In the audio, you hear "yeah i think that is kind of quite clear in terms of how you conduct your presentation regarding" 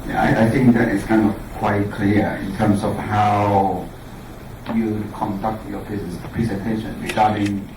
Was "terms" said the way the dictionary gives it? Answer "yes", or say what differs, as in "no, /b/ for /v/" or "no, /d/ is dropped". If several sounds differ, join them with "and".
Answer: no, /s/ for /z/